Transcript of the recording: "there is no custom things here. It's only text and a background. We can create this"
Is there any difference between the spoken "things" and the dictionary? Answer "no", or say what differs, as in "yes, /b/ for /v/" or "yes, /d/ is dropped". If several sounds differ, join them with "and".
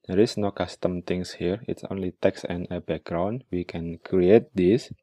yes, /t/ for /θ/ and /s/ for /z/